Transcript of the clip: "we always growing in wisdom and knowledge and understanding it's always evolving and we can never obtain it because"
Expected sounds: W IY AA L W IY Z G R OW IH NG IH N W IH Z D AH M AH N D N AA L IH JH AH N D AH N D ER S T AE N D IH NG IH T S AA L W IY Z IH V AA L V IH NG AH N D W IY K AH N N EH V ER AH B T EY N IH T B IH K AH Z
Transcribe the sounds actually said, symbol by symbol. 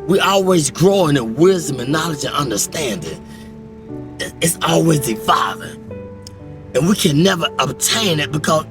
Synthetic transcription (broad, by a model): W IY AA L W IY Z G R OW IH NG IH N W IH Z D AH M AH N N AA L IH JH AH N AH N D ER S T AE N D IH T IH T S AA L W IY Z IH F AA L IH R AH N W IY K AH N N EH V ER AH B T EY N IH T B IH K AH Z